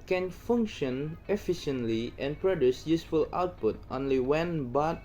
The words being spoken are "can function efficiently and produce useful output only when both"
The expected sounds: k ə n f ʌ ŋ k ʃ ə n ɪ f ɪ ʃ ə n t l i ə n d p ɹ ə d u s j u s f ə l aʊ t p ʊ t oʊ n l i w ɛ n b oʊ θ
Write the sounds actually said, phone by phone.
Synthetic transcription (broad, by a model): k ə n f ʌ ŋ k ʃ ə n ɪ f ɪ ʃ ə n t l i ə n p ɹ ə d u s j u s f ə l aʊ t p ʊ t oʊ n l i w ɛ n b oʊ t